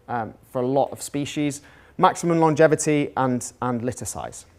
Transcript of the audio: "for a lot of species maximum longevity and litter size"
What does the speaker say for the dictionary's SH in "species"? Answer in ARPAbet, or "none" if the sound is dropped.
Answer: SH